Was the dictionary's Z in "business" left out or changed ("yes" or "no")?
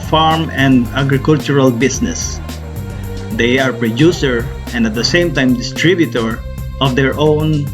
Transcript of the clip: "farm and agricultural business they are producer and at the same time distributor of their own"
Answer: yes